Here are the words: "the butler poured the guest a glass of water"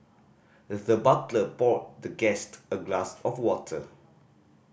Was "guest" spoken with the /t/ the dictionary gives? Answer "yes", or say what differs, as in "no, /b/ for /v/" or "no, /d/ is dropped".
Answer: yes